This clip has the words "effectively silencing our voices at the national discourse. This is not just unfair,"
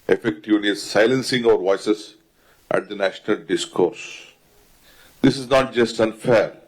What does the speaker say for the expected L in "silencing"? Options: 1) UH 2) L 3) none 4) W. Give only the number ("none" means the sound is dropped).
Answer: 2